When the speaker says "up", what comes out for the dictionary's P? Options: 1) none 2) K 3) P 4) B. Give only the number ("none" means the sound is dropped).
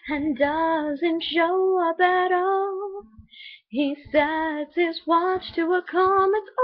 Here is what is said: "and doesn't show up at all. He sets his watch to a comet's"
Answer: 4